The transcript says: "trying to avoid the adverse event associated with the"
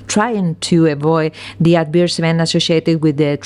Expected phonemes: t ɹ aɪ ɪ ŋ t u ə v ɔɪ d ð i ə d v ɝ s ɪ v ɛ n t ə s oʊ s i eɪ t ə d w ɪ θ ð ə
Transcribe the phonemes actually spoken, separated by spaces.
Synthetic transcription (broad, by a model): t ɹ aɪ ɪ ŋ t u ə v ɔɪ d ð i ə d b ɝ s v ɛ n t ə s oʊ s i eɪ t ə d w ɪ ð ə